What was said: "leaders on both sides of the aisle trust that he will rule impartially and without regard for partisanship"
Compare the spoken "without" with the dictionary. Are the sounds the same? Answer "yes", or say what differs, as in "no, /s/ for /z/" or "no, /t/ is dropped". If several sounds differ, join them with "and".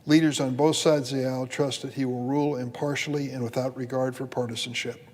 yes